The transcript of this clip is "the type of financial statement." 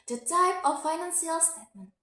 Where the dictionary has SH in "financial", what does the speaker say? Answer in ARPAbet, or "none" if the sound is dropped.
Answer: S